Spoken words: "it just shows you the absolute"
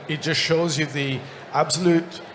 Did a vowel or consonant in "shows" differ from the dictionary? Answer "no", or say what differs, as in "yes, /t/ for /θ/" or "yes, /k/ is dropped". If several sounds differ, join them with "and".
no